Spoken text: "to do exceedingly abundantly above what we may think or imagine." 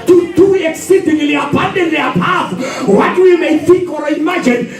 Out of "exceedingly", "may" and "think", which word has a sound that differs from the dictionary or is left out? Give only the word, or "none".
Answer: none